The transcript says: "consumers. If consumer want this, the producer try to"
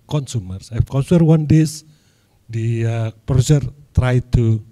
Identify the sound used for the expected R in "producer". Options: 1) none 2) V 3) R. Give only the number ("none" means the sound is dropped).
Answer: 1